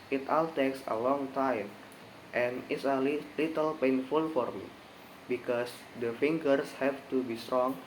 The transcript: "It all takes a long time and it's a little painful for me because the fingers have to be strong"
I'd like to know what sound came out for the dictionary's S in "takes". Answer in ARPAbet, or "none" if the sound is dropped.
S